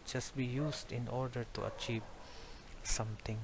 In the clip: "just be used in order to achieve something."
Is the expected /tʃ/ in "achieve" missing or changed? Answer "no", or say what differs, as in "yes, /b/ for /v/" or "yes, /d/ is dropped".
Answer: no